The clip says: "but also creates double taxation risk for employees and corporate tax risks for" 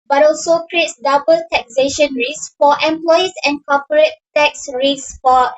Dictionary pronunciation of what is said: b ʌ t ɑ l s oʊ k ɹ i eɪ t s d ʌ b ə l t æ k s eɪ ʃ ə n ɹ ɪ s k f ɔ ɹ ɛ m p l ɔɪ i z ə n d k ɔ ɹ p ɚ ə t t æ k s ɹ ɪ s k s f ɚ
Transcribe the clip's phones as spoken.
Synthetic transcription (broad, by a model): b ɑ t ɑ l s oʊ k ɹ i eɪ t s d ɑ b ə l t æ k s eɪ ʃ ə n ɹ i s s f ɔ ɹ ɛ m p l ɔɪ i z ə n k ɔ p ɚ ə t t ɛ k s ɹ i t s f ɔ